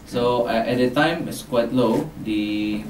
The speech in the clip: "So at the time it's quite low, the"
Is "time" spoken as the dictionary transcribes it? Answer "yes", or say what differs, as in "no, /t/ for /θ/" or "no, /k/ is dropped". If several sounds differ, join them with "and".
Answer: yes